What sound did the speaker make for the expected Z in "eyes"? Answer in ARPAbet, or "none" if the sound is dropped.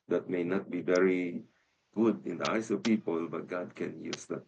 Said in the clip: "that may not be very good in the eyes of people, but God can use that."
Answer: S